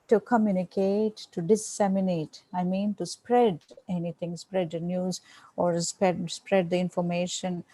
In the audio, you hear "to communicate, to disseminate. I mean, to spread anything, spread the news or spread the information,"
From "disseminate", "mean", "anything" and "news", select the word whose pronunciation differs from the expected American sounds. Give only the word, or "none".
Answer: anything